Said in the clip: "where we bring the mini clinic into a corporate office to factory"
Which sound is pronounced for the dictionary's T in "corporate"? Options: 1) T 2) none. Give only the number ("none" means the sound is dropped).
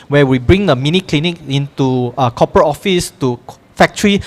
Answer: 2